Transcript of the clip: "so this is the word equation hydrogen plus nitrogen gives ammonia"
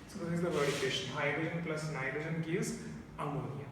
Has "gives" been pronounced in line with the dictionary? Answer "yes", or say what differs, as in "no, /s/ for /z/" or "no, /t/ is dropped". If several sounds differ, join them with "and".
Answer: no, /v/ is dropped